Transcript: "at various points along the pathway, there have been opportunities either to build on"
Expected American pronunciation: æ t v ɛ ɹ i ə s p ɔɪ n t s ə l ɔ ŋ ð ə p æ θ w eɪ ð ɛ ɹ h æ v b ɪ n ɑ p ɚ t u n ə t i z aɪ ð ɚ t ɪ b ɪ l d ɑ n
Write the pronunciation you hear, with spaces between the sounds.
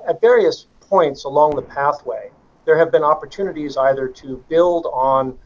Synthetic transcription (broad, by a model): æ t v ɛ ɹ i ə s p ɔɪ n t s ə l ɔ ŋ ð ə p æ θ w eɪ ð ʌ ɹ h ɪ v b ɪ n ɑ p ɚ t u n ə t i z aɪ ð ɚ t ɪ b ɪ l d n